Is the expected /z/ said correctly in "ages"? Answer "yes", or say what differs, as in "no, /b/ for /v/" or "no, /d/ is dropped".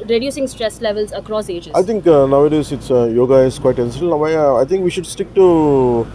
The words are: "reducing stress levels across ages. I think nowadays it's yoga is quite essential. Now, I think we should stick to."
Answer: no, /z/ is dropped